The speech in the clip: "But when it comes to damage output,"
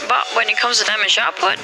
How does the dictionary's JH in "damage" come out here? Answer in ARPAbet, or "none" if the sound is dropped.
SH